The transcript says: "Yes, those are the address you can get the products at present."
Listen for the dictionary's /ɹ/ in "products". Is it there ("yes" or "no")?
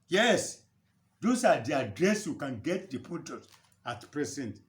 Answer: no